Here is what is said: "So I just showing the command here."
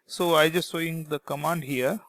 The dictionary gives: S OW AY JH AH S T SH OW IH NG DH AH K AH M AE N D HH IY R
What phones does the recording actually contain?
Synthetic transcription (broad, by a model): S OW AY JH AH S T S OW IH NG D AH K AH M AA N D HH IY R